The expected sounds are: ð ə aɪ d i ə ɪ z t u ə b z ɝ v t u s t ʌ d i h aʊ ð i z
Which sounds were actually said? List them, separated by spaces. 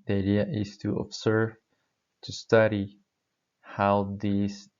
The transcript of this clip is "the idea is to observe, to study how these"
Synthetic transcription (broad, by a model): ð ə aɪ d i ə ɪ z t u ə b s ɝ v t u s t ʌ d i h aʊ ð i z